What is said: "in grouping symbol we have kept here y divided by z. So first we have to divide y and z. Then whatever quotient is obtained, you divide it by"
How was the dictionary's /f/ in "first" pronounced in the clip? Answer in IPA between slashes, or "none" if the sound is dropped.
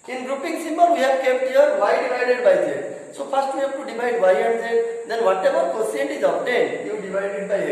/p/